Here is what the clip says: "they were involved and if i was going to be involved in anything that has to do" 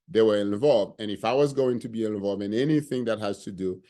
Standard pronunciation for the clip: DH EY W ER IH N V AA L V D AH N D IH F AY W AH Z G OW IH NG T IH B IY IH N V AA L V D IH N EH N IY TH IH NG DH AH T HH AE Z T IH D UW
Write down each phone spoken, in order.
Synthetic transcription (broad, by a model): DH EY W ER IH N V AA L V D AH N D IH F AY W AH Z G OW IH NG T IH B IY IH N V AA L V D IH N EH N IY TH IH NG DH AH T HH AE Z T IH D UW